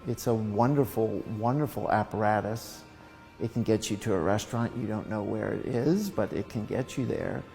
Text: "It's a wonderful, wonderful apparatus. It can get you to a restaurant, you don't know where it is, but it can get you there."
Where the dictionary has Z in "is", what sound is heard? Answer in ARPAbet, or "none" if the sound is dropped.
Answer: Z